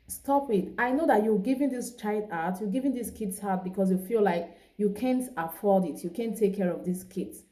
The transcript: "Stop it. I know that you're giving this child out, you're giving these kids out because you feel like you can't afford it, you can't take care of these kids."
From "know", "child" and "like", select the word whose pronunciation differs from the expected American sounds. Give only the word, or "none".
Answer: child